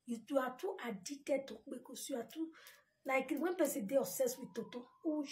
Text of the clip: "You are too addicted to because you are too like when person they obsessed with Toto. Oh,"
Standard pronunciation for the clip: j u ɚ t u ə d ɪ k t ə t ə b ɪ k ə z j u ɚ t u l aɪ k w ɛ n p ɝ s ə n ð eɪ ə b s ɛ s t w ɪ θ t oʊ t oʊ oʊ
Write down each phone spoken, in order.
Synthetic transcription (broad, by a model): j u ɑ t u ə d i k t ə t ə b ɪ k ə s j u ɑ t u l aɪ k w ɛ n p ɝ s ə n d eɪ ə s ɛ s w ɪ t oʊ t oʊ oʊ